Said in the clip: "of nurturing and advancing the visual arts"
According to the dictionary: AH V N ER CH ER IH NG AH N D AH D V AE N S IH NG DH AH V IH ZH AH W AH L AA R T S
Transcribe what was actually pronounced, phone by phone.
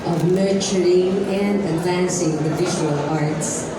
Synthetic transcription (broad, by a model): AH V N ER CH ER IH NG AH N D AH D V AE N S IH NG DH AH V IH ZH AH W AH L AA R T S